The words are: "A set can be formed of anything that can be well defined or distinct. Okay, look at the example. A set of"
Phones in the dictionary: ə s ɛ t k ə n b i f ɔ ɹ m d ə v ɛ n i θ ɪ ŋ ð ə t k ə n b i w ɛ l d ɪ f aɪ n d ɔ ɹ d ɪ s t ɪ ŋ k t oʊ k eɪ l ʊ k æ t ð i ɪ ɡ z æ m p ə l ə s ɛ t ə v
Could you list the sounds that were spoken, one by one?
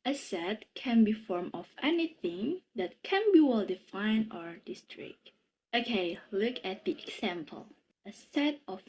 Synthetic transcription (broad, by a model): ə s ɛ t k ə n b i f ɔ ɹ m ə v ɛ n i θ ɪ ŋ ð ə t k ə n b i w ɛ l d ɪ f aɪ n ɔ ɹ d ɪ s t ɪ k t oʊ k eɪ l ʊ k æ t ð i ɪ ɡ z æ m p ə l ə s ɛ t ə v